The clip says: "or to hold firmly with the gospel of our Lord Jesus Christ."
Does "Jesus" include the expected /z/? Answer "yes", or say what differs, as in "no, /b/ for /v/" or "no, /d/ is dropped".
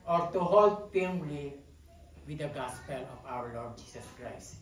no, /s/ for /z/